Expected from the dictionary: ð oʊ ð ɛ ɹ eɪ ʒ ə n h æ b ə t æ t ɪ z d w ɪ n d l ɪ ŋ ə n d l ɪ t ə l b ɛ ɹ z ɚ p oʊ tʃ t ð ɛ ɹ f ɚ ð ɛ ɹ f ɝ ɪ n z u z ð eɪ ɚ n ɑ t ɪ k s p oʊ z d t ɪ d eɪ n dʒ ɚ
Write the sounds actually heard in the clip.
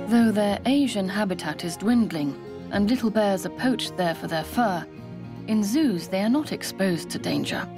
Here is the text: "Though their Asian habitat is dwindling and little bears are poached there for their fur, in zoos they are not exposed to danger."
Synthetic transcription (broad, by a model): ð oʊ ð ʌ ɹ eɪ ʒ ə n h æ b ə t æ t ɪ z d w ɪ n d l ɪ ŋ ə n l ɪ t l b ɛ ɹ z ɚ p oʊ tʃ ð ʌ ɹ f ɚ ð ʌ ɹ f ɝ ɪ n z u z ð eɪ ɚ n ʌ t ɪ k s p oʊ z t ɪ d eɪ n dʒ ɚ